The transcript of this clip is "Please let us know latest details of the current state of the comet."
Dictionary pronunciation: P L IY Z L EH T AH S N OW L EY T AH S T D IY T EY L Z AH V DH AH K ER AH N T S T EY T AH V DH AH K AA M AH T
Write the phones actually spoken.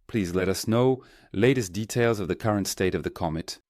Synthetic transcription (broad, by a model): P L IY Z L EH T AH S N OW L EY T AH S D IY T EY L Z AH V DH AH K ER AH N T S T EY T AH V DH AH K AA M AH T